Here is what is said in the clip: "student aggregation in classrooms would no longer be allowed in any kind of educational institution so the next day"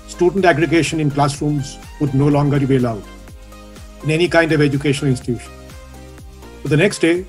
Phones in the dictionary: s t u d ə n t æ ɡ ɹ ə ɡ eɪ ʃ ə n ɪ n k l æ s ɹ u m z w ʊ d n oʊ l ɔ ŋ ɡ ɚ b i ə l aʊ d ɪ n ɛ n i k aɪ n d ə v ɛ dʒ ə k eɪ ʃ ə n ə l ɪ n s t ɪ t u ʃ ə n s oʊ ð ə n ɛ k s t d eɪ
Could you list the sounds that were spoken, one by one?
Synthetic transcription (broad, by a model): s t u d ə n t æ ɡ ɹ ə ɡ eɪ ʃ ə n ɪ n k l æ s ɹ u m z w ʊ d n oʊ l ɔ ŋ ɡ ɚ b i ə l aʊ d ɪ n ɛ n i k aɪ n d ə v ɛ dʒ ə k eɪ ʃ ə n ə l ɪ n s t ɪ t u ʃ ə n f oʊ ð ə n ɛ k s t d eɪ